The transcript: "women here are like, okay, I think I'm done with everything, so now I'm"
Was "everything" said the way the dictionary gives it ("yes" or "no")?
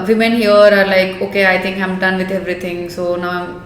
no